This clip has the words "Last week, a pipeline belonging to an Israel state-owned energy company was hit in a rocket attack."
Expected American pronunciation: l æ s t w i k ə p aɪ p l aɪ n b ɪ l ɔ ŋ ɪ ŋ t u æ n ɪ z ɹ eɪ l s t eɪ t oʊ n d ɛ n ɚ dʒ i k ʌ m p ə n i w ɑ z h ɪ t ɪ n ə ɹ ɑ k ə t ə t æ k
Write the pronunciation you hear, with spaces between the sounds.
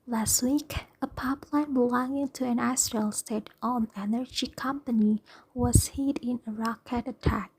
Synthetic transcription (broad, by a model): l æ s t w i k ə p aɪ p l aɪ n b ɪ l ɔ ŋ ɪ ŋ t u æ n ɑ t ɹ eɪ l s t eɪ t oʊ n ɛ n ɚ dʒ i k ʌ m p ə n i w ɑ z h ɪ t ɪ n ə ɹ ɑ k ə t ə t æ k